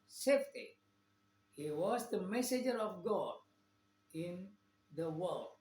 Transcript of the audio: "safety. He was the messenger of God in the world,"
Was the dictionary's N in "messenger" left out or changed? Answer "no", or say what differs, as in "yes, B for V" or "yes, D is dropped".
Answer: yes, N is dropped